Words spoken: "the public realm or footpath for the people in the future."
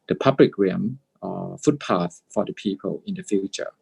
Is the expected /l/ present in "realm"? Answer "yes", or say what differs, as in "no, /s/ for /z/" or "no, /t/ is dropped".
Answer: no, /l/ is dropped